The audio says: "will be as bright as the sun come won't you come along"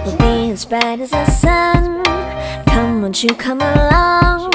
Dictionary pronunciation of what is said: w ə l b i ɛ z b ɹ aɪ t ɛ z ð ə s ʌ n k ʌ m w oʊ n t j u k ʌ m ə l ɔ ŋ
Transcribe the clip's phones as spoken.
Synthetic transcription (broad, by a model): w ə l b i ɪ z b aɪ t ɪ z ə s ʌ n k ʌ m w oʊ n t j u k ʌ m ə l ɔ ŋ